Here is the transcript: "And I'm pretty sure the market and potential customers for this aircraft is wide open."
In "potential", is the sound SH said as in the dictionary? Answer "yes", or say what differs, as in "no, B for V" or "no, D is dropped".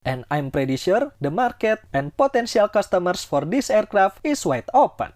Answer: no, S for SH